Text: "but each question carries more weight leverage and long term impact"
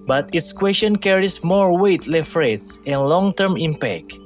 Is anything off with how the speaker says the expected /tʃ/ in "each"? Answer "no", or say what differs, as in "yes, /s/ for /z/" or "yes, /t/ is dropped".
yes, /s/ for /tʃ/